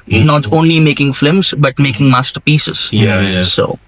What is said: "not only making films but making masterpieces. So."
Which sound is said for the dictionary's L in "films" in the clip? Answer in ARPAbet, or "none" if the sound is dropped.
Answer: none